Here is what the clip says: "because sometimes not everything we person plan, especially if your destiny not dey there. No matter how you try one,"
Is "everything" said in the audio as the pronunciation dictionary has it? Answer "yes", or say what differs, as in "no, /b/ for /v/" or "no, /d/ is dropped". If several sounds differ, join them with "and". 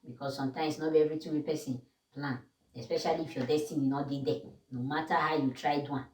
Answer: no, /t/ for /θ/